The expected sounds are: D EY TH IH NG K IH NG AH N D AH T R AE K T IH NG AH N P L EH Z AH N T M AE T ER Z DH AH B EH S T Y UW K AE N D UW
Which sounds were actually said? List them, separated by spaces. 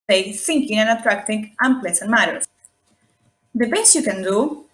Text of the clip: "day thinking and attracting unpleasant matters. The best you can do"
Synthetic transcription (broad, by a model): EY TH IH NG K IH NG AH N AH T R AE K T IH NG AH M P L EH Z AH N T M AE T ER S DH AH B EH S T Y UW K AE N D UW